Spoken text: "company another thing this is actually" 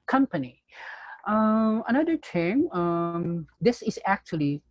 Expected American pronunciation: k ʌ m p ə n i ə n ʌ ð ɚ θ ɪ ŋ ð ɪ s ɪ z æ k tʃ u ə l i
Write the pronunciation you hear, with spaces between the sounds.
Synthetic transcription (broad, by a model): k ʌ m p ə n i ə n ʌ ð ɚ t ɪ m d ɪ s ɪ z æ k tʃ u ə l i